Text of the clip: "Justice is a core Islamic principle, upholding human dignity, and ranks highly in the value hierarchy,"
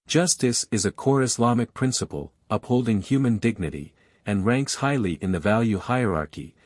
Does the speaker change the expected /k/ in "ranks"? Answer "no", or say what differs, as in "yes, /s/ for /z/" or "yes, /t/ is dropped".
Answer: no